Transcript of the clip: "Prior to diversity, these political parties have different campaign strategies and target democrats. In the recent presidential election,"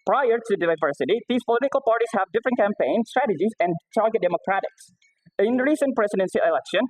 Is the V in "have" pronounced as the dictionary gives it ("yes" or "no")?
yes